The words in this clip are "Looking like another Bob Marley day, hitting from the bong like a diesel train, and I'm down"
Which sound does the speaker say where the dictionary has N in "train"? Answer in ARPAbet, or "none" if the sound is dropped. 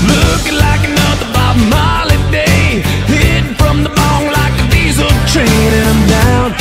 none